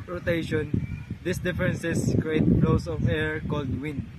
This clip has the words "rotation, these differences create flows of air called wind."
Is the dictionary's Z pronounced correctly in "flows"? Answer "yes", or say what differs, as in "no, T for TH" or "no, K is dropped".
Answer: no, S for Z